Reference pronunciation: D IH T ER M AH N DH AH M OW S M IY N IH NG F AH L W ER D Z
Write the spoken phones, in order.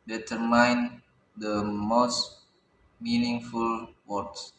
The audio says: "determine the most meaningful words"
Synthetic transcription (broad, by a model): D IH T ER M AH N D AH M OW S M IY N IH NG F AH L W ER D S